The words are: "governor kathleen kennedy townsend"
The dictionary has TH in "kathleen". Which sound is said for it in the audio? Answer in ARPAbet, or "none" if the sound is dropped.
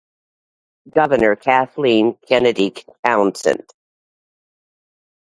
TH